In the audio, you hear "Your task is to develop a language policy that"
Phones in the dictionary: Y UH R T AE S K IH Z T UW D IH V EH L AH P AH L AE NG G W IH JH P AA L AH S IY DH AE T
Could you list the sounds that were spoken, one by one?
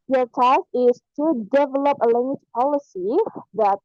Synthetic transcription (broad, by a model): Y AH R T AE K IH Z T UW D IH V EH L AH P AH L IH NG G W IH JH P AA L AH S IY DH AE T